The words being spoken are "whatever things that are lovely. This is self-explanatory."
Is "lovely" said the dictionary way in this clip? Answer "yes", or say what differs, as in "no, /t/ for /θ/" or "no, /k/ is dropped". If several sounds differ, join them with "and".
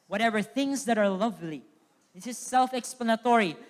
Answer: yes